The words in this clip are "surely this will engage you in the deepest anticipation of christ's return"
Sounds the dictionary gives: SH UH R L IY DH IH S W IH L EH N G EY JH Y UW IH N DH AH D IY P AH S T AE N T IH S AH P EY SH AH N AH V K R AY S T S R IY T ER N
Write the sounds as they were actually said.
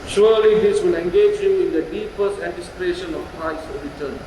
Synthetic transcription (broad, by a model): SH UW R L IY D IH S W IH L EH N G EY JH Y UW IH N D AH D IY P AH S T AE N T IH S AH P EY SH AH N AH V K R AY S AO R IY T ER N